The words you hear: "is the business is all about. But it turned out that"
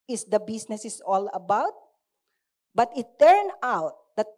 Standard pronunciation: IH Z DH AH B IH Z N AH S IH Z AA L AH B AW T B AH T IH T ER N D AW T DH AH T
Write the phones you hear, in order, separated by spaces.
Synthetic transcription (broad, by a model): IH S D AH B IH S N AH S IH S AA L AH B AW T B AH T IH T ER N AW T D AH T